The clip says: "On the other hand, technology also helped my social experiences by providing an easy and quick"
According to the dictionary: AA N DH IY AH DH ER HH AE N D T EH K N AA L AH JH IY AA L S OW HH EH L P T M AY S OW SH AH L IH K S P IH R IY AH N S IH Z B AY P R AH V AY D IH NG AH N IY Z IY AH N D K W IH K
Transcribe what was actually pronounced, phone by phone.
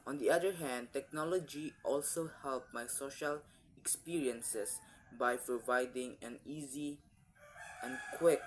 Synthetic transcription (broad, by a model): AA N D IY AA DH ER HH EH N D T EH K N AA L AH JH IY AA L S OW HH EH L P M AY S OW SH AH L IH K S P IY R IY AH N S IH S B AY P R AH V AY D IH NG AH N IY Z IY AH N K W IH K